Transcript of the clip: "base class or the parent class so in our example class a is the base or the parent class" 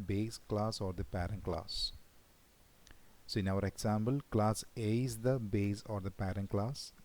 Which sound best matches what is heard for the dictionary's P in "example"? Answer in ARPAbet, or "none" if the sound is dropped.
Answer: B